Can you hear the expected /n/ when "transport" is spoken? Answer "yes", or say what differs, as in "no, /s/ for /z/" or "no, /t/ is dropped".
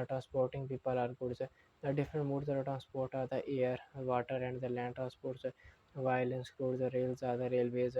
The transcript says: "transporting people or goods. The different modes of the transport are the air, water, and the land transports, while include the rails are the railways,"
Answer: yes